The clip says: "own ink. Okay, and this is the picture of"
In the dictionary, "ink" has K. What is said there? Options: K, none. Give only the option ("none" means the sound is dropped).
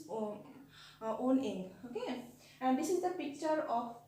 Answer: none